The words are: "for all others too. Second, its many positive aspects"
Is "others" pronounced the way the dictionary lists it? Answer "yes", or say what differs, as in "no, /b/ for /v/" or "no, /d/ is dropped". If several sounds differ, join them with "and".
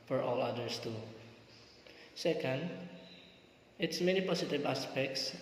no, /s/ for /z/